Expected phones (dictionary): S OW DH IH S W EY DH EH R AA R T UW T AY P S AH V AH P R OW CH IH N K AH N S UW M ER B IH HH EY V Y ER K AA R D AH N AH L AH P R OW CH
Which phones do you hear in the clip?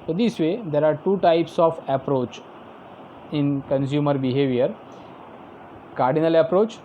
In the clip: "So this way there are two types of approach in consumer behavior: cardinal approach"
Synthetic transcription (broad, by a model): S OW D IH S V EY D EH R AA R T UW T AY P S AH F AH P R OW CH IH N K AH N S UW M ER B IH HH EY V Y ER K AA R D AH N AH L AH P R OW CH